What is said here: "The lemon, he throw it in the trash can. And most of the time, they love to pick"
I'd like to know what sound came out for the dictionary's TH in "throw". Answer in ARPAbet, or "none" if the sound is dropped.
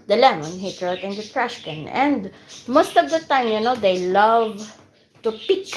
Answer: T